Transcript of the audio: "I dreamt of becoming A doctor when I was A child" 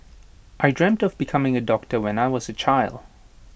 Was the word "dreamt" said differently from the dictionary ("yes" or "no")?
no